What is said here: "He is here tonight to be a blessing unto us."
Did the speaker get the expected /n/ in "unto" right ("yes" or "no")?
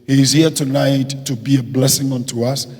yes